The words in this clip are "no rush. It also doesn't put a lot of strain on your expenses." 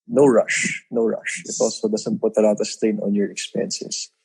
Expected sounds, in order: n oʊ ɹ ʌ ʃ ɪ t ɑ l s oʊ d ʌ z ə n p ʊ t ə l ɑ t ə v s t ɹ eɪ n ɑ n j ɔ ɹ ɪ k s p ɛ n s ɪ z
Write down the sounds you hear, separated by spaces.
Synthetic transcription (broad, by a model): n oʊ ɹ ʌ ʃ ɪ t ɑ l s oʊ d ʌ s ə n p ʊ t ə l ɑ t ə s t eɪ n ɑ n j ɔ ɹ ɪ k s p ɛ n s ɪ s